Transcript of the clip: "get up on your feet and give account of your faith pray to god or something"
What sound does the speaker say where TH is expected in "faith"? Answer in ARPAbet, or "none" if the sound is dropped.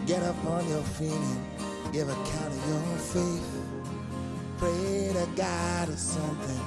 S